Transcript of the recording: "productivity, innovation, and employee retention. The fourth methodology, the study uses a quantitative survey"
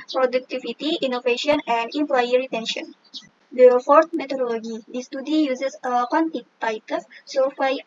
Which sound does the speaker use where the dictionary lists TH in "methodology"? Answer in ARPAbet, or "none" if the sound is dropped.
T